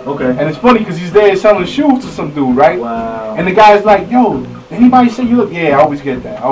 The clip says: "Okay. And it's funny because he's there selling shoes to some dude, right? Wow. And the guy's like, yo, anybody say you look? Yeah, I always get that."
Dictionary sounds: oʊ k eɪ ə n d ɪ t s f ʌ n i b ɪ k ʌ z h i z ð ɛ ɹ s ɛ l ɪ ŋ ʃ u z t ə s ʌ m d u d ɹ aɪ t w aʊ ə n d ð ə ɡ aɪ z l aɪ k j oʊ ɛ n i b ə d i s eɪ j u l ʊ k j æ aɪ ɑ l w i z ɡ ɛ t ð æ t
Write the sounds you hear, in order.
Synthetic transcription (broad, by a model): oʊ k eɪ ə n ɪ t s f ʌ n i k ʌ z h i z ð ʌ ɹ s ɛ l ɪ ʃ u t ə s ʌ m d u ɹ aɪ t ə n ð ə ɡ aɪ z l aɪ k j oʊ ɛ n i b ə d i s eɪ j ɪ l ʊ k j æ aɪ ɑ l w i z ɡ ɛ t ð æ t